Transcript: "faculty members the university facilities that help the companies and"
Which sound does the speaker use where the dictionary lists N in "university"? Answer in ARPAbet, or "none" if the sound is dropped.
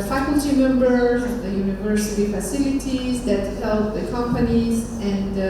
N